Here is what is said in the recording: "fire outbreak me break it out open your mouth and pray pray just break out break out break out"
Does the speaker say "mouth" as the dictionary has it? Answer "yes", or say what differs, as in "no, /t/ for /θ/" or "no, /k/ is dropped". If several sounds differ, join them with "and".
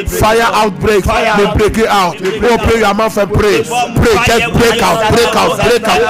no, /f/ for /θ/